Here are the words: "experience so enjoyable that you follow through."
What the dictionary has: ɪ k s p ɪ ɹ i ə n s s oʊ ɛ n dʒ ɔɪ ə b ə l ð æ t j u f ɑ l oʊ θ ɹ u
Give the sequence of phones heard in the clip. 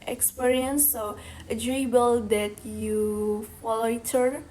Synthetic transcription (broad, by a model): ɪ k s p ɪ ɹ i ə n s s oʊ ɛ dʒ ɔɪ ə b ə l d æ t j u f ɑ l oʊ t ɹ